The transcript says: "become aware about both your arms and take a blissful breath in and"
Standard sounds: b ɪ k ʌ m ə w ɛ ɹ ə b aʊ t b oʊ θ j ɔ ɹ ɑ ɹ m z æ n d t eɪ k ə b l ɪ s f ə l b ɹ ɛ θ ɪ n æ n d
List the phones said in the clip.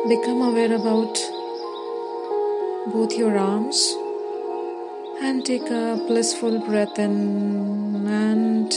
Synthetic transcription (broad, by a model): b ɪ k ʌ m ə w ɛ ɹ ə b aʊ t b oʊ t j ɔ ɹ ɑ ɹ m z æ n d t eɪ k ə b l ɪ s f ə l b ɹ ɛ t ɪ n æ n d